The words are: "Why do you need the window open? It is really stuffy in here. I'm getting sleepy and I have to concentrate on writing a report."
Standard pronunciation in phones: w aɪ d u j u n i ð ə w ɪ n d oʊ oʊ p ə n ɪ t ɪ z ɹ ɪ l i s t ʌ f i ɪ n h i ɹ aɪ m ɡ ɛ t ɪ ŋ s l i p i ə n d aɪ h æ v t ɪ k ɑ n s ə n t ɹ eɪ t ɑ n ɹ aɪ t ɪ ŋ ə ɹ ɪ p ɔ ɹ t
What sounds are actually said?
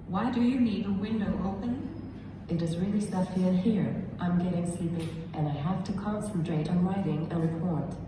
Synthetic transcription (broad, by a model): w aɪ d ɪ j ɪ n i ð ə w ɪ n d oʊ oʊ p ə n ɪ t ɪ z ɹ ɪ l i s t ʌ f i ɪ n h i ɹ aɪ m ɡ ɛ t ɪ ŋ s l i p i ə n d aɪ h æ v t ɪ k ɑ n s ə n t ɹ eɪ t n ɹ aɪ t ɪ ŋ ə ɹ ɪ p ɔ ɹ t